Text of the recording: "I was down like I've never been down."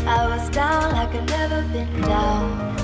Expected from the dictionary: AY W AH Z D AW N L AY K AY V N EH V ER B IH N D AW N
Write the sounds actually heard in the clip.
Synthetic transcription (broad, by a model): AY W AH Z D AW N AY K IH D N EH V ER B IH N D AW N